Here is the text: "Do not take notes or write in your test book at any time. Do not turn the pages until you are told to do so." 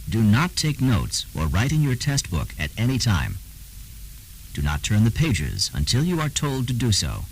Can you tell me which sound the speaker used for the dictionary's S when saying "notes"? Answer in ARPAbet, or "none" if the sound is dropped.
S